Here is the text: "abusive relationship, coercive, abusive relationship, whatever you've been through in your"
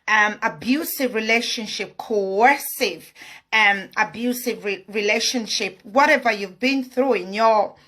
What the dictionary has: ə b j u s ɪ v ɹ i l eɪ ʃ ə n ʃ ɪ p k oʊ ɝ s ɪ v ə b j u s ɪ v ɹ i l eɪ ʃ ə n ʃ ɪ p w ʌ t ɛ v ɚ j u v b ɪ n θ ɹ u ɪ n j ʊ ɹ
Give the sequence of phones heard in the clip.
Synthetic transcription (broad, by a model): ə b j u s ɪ v ɹ i l eɪ ʃ ə n ʃ ɪ p k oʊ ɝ s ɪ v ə b j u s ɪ v ɹ i l eɪ ʃ ə n ʃ ɪ p w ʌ t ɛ v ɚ j u v b ɪ n θ ɹ u ɪ n j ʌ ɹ